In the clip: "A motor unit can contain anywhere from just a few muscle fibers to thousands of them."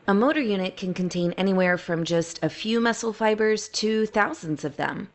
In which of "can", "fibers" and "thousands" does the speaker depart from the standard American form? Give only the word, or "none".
none